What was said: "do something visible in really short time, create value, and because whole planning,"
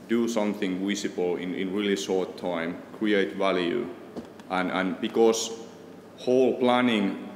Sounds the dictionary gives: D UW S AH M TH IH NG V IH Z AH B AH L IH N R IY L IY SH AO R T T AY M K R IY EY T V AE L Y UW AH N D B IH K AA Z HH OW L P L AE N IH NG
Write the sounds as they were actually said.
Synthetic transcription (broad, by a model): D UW S AH M TH IH NG W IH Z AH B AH L IH N R IY L IY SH AO R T T AY M K R IY EY T V AE L Y UW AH N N B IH K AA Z HH OW L P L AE N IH NG